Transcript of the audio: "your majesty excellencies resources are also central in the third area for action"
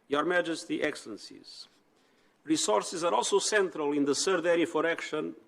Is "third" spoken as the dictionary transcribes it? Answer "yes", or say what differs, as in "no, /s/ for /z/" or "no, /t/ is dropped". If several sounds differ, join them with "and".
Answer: no, /s/ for /θ/